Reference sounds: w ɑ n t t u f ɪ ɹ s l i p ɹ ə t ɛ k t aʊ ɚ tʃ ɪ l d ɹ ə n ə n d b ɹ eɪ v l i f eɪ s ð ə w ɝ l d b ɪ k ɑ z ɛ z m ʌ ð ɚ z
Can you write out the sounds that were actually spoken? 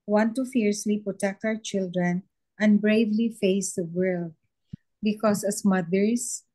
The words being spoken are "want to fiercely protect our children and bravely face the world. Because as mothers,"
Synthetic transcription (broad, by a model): w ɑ n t t u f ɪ ɹ s w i p ɹ ə t ɛ k t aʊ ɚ tʃ ɪ l d ɹ ə n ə n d b ɹ eɪ v l i f eɪ s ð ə w ɝ l d b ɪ k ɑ s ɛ s m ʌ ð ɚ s